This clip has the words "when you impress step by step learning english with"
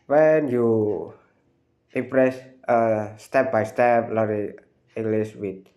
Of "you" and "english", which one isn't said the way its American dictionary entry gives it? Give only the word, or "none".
english